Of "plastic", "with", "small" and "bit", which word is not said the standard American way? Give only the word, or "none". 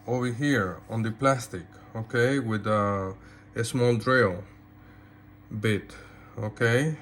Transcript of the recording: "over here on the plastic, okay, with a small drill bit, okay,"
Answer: none